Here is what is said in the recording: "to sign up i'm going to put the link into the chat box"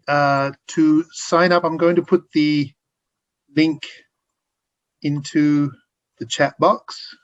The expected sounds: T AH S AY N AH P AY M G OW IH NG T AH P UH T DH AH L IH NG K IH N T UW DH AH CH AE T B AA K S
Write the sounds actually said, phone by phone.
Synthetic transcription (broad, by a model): T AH S AY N AH P AY M G OW IH NG T AH P UH T DH AH L IH NG K IH N T UW DH AH CH AE T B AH K S